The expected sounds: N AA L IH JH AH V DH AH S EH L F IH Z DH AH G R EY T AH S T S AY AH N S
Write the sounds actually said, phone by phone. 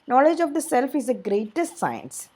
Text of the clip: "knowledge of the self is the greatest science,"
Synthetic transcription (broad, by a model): N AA L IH JH AH V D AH S EH L F IH Z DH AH G R EY T AH S T S AY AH N S